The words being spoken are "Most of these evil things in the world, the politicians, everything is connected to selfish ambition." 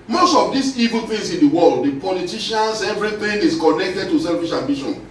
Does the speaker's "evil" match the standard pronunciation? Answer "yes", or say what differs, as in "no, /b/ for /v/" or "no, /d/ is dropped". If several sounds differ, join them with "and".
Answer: yes